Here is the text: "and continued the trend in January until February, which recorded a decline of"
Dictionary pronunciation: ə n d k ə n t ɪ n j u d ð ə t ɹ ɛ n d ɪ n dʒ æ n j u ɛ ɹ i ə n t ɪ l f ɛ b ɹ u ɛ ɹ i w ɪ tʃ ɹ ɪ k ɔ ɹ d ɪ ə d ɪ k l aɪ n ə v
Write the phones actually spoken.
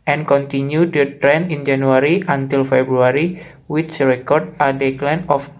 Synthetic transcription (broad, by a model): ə n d k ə n t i n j u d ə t ɹ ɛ n ɪ n dʒ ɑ n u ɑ ɹ i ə n t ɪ l f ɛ b ɹ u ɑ ɹ i w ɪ s ɹ ɪ k ɔ ɹ d ɪ d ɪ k l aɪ n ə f